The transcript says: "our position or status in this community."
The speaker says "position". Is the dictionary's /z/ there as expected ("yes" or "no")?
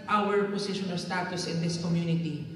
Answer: no